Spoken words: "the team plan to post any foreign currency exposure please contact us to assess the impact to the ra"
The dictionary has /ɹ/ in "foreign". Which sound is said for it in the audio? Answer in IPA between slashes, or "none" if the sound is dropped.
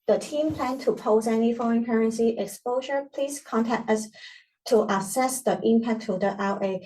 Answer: /ɹ/